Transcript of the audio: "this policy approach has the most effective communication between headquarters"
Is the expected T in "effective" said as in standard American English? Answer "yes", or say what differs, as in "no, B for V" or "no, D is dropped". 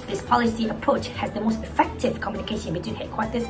yes